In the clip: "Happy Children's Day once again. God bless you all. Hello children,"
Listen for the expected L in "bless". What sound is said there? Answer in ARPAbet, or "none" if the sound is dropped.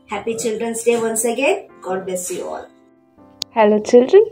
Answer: none